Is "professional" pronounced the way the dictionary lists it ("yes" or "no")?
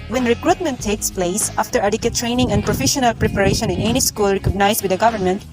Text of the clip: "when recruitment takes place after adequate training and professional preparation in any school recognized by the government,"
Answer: yes